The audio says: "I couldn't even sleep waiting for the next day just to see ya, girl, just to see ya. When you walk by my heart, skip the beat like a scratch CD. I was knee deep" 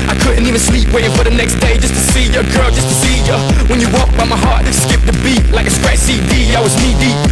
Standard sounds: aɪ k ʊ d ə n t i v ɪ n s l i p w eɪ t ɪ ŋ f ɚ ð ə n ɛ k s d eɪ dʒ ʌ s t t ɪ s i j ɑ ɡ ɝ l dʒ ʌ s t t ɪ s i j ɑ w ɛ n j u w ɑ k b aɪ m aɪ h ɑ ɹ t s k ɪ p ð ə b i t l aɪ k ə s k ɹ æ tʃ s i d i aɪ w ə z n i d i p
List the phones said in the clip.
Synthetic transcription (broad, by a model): aɪ k ʊ d n t i v ɪ n s l i p w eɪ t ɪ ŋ f ɚ ð ə n ɛ k s d eɪ dʒ ʌ s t t ɪ s i j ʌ ɡ ɝ l dʒ ʌ s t t ɪ s i j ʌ w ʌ n j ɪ w ɑ k b aɪ m aɪ h ɑ ɹ t s k ɪ p ð ə b i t l aɪ k ə s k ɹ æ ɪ s i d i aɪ w ə z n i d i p